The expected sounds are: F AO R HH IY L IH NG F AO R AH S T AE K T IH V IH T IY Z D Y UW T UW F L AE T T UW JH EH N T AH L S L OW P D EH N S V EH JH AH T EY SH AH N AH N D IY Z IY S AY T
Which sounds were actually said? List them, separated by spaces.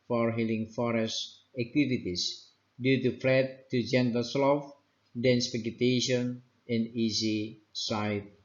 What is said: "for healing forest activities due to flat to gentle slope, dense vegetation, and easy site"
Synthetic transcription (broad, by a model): F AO R HH IY L IH NG F AO R AH S T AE K T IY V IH T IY S D Y UW T UW F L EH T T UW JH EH N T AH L S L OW F D EH N S P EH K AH T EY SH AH N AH N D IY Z IY S AY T